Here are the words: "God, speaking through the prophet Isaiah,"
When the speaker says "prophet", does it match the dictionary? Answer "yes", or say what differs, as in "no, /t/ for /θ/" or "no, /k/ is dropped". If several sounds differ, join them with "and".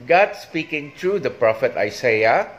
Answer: yes